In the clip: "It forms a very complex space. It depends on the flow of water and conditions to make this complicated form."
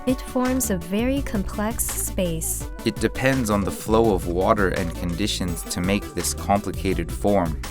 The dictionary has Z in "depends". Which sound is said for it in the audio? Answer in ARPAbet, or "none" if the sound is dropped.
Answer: Z